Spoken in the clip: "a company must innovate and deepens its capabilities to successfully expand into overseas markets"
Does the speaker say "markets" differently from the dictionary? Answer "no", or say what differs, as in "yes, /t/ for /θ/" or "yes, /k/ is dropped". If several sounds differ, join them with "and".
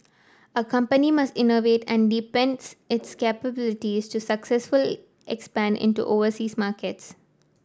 no